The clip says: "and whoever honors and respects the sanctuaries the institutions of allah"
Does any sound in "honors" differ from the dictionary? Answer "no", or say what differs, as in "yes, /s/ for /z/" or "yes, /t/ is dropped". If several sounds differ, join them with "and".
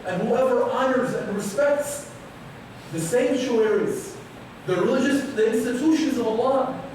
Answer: no